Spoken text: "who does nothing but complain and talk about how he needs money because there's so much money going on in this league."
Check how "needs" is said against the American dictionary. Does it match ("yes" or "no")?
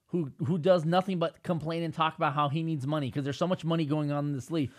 yes